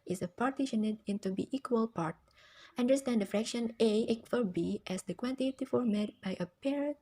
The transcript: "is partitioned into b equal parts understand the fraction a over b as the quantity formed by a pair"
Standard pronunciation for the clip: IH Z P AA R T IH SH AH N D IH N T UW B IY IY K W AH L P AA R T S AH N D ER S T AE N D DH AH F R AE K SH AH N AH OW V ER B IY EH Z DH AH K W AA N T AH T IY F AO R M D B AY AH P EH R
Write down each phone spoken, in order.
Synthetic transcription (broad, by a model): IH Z P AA R T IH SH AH N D IH N T UW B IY IY K W AH L P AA R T AH N D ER S T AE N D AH F R AE K SH AH N AH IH F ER B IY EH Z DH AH K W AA N T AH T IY F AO R M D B AY AH P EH R